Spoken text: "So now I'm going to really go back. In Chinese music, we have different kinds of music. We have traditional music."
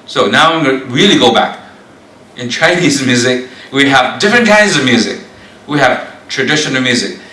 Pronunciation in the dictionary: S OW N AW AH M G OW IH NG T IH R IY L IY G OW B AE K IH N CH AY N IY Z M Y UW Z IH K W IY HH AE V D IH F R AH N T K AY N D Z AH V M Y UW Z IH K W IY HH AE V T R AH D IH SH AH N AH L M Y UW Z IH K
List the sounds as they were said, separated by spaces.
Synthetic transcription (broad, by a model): S OW N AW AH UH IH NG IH R IY L IY G OW B AE K IH N CH AY N IY Z M Y UW Z IH K W IY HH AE V D IH F R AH N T K AY N D Z AH V M Y UW Z IH K W IY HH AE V T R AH D IH SH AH N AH L M Y UW Z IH K